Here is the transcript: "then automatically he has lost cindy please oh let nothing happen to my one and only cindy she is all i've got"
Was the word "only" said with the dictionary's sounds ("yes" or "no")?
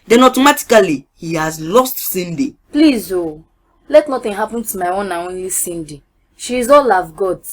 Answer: yes